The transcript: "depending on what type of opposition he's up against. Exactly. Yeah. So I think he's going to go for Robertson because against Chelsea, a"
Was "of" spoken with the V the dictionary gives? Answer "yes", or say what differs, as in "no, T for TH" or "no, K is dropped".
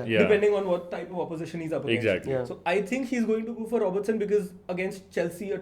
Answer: yes